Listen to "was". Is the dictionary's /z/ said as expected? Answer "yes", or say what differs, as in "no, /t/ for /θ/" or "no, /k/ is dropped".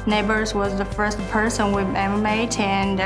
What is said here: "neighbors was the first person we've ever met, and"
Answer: yes